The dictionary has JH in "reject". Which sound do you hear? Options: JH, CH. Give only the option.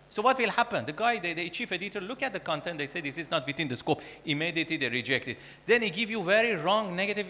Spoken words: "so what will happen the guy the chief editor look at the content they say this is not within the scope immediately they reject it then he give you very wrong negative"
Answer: JH